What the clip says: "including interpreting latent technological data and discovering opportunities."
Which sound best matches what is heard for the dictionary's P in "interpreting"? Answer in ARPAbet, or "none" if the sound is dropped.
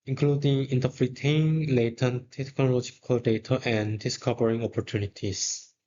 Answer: F